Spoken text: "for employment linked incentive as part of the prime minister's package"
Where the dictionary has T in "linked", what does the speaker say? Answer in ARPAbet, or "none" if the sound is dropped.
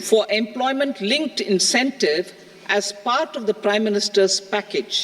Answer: T